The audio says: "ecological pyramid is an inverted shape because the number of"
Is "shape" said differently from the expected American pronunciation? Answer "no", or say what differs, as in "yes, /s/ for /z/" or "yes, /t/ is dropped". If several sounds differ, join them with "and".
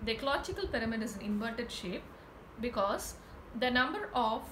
no